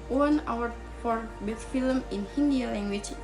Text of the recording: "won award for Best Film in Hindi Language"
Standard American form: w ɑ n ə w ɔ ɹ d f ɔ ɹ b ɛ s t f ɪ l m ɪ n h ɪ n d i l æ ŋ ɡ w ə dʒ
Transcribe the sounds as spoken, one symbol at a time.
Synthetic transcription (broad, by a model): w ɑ n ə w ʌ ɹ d f ɔ ɹ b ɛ t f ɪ l m ɪ n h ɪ n d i l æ ŋ ɡ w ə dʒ